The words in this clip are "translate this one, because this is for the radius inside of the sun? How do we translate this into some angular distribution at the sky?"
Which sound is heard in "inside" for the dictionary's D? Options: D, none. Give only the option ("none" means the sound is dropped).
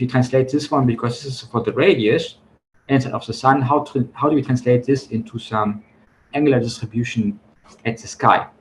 none